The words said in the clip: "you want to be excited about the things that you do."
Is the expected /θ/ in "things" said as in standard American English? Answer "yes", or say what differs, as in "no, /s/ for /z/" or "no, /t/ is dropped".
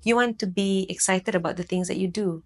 no, /t/ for /θ/